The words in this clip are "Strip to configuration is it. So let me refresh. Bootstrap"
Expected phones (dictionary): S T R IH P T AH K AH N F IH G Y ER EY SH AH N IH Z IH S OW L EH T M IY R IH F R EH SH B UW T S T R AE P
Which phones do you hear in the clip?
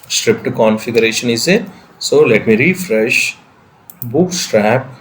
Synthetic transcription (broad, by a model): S T R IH P T K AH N F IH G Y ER EY SH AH N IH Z IH S OW L EH T M IY R IH F R EH SH B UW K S T R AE P